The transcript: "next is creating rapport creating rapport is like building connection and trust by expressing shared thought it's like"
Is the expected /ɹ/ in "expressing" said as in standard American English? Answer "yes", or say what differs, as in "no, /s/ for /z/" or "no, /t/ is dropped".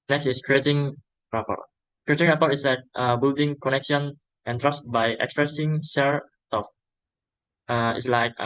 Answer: yes